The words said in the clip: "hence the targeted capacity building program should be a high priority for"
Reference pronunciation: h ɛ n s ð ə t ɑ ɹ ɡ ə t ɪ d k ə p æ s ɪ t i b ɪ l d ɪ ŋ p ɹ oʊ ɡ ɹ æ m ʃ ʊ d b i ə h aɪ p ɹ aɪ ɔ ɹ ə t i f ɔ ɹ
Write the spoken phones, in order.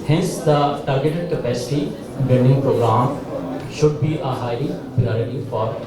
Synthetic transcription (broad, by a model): h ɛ n s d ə t ɑ ɹ ɡ ə t ɪ d k ə p æ s ɪ t i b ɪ n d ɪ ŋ p ɹ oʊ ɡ ɹ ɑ m ʃ ʊ d b i ə h aɪ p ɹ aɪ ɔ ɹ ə t i f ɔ ɹ